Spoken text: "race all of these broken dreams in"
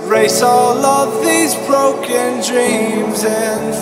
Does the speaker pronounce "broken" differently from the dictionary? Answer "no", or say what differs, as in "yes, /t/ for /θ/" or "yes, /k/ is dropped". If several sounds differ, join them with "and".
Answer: no